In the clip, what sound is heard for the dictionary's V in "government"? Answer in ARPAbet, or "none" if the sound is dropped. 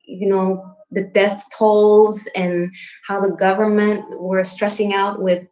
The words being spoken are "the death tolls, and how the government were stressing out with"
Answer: V